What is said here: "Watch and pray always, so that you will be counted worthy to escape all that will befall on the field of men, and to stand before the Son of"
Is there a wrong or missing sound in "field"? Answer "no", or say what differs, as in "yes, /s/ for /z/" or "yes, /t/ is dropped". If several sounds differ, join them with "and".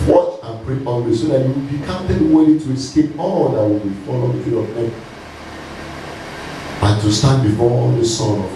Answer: yes, /l/ is dropped